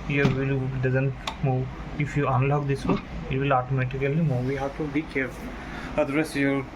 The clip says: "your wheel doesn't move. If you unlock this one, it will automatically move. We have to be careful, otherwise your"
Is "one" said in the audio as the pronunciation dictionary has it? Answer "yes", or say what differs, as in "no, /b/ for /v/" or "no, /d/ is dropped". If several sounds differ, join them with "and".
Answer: no, /n/ is dropped